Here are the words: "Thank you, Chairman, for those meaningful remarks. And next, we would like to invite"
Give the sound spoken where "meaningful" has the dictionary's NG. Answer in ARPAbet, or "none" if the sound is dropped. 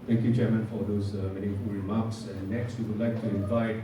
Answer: none